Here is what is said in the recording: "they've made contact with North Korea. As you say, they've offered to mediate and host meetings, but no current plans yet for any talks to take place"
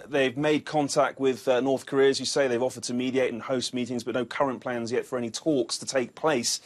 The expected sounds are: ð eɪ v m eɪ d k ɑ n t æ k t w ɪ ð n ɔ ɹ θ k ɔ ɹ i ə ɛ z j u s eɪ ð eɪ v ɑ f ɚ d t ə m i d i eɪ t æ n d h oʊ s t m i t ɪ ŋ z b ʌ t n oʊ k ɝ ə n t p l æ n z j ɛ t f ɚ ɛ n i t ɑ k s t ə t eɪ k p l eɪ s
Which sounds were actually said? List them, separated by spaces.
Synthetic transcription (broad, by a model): ð eɪ v m eɪ d k ɑ n t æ k t w ɪ ð n ɔ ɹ θ k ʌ ɹ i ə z j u s eɪ ð eɪ v ɑ f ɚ d t ə m i d i eɪ t n h oʊ s t m i t ɪ ŋ z b ʌ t n oʊ k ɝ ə n p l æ n z j ɛ t f ɚ ɛ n i t ɑ k s t ə t eɪ k p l eɪ s